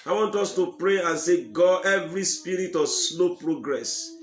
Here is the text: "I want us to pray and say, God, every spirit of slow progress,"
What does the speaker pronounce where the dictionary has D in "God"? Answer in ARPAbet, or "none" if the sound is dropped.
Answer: none